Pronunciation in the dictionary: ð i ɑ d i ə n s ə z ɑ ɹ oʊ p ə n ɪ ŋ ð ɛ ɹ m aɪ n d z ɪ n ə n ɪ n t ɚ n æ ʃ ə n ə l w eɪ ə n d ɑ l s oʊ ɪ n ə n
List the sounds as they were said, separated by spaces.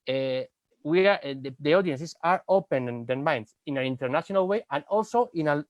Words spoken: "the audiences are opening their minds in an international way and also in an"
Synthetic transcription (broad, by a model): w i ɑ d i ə n s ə s ɑ ɹ oʊ p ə n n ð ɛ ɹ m aɪ n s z ɪ n ə n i n t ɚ n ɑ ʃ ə n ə l w eɪ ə n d ɑ l s oʊ ɪ n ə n